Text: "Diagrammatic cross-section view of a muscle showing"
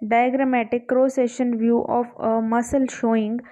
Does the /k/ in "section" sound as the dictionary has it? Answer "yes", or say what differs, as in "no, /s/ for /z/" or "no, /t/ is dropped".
no, /k/ is dropped